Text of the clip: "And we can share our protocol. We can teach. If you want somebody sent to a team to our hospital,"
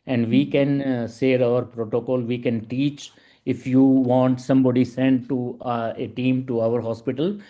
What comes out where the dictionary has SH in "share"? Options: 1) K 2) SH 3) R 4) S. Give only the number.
4